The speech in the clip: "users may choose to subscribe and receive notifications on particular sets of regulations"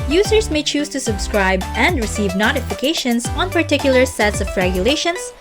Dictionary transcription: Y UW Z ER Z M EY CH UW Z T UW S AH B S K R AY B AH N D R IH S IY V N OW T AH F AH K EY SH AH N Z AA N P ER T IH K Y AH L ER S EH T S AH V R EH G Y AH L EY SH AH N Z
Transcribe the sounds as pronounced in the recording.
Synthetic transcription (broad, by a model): Y UW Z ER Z M EY CH UW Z T UW S AH B S K R AY B AH N D R IH S IY V N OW T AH F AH K EY SH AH N S AA N P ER T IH K Y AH L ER S EH T S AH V R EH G Y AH L EY SH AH N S